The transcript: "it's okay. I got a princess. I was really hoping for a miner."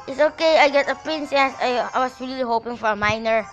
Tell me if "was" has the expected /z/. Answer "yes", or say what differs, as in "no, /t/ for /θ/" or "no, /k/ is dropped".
no, /s/ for /z/